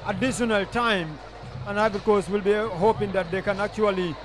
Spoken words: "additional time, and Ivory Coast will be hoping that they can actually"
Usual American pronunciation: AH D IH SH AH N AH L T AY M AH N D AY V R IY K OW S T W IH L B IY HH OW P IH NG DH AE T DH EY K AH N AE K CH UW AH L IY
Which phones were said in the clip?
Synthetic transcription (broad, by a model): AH D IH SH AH N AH L T AY M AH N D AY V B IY K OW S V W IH L B IY HH OW P IH NG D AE T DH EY K AH N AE K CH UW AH L IY